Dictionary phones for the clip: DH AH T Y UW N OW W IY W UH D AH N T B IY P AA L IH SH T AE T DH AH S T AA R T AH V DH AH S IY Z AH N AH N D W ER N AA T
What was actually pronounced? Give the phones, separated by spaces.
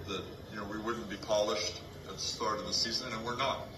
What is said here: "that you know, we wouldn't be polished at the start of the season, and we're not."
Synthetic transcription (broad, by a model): DH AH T Y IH N OW W IY W UH D N B IY P AA L IH SH T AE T DH AH S T AA R T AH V DH AH S IY Z AH N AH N W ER N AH T